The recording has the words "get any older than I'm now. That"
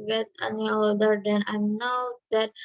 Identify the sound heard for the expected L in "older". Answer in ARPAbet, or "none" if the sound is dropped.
none